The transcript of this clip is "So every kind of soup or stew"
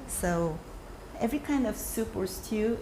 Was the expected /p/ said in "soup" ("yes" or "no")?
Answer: yes